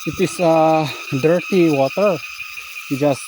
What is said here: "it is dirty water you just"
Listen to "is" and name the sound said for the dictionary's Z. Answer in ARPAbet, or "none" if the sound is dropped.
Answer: S